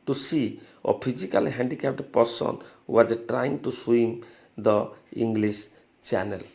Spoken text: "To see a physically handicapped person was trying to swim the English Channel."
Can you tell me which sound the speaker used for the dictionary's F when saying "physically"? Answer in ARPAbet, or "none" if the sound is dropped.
P